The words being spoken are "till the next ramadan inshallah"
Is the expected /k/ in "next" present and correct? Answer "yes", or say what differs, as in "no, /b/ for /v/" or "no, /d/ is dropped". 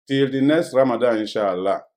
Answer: no, /k/ is dropped